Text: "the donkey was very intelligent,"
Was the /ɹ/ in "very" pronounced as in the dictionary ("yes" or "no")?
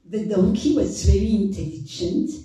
yes